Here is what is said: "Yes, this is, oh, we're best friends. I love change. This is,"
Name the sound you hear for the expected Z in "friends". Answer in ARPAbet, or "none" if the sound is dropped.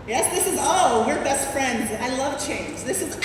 Z